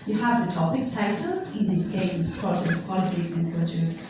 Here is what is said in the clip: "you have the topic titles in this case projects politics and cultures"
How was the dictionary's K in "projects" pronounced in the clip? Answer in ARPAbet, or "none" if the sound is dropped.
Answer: none